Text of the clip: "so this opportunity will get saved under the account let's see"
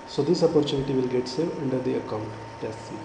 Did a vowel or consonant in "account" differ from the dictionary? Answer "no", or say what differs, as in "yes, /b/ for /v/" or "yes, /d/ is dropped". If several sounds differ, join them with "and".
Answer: no